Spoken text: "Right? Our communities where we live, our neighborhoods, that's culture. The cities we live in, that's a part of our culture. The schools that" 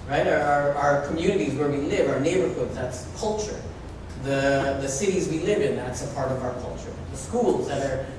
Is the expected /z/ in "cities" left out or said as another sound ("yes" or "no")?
no